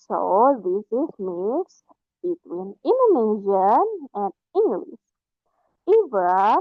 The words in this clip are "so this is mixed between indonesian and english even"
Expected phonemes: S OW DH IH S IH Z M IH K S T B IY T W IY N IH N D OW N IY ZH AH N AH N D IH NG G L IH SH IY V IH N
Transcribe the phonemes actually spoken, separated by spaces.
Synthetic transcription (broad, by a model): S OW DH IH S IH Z M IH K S B IY T W IY N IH N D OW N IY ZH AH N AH N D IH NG G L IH S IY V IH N